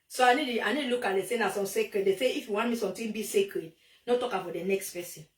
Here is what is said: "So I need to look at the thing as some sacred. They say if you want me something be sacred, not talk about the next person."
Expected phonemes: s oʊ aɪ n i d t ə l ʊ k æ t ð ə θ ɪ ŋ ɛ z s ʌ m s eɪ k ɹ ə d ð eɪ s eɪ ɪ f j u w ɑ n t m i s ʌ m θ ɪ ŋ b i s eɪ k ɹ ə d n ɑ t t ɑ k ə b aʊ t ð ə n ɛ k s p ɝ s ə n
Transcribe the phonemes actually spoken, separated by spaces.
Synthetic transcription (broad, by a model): s oʊ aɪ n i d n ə l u k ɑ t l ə s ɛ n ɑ s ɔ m s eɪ k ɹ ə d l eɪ s eɪ ɪ f j u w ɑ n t m i s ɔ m t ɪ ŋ b i s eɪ k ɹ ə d n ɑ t t ɑ k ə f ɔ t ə n ɛ k s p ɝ s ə n